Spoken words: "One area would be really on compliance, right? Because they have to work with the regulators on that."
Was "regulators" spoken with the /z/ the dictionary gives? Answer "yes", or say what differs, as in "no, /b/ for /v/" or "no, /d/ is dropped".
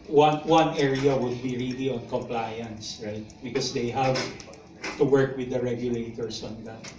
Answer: no, /s/ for /z/